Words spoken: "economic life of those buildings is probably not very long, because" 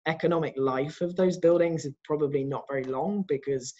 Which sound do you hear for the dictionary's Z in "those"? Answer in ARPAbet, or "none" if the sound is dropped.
Z